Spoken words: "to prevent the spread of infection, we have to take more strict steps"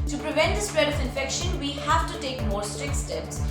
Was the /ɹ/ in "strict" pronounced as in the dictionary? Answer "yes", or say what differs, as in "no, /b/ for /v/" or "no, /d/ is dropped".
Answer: yes